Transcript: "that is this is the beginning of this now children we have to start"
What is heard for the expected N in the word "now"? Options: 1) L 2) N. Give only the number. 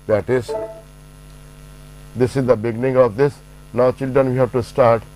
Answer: 2